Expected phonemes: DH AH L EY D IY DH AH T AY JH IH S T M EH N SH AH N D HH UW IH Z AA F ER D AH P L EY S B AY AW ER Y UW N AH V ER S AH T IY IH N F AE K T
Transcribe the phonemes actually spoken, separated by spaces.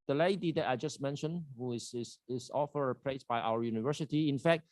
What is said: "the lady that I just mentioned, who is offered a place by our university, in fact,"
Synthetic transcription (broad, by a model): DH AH L EY D IY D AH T AY JH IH S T M EH N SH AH N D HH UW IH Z AA F ER AH P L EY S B AY AW ER Y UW N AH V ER S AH T IY IH N F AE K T